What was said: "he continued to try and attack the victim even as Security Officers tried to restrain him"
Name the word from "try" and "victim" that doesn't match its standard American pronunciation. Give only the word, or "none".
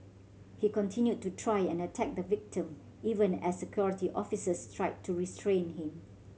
none